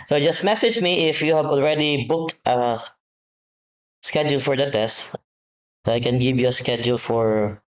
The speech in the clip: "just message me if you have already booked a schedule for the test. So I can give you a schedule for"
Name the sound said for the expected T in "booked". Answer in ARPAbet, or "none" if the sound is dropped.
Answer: T